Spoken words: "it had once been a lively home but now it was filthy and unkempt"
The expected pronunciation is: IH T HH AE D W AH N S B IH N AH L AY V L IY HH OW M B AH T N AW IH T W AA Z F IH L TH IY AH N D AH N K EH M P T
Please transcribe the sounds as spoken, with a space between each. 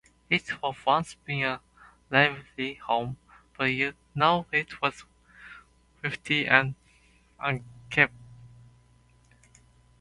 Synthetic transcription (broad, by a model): IH T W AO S W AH N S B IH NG AH L AY V L IY HH OW M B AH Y N AW IH T W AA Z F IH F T IY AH N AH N K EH P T